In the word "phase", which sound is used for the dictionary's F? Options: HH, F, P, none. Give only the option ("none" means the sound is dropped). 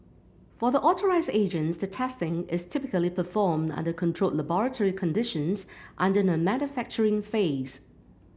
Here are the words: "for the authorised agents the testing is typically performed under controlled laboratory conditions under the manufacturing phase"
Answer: F